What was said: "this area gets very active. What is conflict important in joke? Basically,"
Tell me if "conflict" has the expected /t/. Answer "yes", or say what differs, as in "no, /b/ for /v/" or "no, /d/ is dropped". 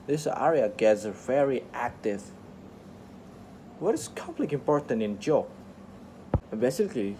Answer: no, /t/ is dropped